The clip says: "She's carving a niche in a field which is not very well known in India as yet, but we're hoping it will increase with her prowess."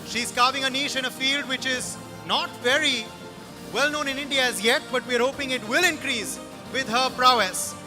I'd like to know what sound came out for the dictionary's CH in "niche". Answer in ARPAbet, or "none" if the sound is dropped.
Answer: SH